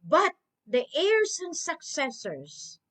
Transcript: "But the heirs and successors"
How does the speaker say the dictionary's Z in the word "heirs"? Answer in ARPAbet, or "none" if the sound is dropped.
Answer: S